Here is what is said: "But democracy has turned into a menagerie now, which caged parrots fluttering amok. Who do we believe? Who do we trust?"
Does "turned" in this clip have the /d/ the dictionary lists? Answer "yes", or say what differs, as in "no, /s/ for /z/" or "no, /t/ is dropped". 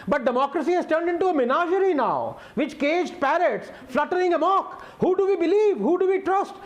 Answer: yes